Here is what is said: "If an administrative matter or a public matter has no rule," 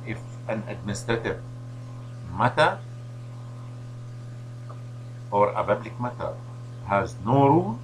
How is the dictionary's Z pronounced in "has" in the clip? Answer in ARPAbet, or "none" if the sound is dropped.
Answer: Z